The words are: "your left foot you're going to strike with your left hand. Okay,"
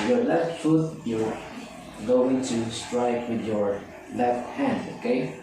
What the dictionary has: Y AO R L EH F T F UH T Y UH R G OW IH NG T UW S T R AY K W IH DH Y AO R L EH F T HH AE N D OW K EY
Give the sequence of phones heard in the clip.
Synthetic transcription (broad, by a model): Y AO R L EH F T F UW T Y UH L G OW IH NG T UW S T R AY K W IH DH Y AO R L EH F T HH AE N D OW K EY